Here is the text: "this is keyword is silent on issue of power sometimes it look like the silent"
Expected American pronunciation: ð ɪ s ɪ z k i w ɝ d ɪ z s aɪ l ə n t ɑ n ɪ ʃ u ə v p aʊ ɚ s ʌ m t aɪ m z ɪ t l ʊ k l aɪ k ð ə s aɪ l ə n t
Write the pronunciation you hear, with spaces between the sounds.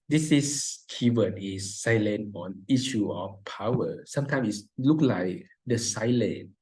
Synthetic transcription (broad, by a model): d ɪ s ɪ s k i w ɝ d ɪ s aɪ l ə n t ɑ n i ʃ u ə f p aʊ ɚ s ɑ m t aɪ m ɪ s l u k l aɪ k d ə s aɪ l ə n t